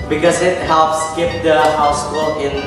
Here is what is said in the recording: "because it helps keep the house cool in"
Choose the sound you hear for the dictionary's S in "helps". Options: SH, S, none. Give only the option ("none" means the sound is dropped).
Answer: S